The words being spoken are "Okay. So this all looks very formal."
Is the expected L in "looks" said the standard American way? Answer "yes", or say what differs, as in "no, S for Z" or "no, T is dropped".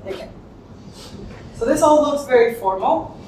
no, N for L